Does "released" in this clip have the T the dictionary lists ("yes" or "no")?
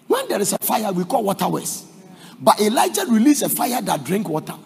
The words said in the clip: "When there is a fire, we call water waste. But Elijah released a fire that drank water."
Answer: no